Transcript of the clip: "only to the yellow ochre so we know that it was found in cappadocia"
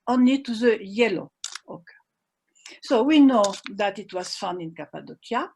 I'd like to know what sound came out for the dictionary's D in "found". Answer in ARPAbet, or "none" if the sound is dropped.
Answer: none